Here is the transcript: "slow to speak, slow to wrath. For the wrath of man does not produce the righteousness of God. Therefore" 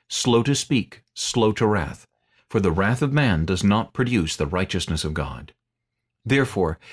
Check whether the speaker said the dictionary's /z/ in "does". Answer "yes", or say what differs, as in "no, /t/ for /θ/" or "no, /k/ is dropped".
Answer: yes